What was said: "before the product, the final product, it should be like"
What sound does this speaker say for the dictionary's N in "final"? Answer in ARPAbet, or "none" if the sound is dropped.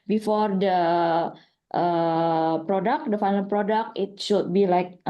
L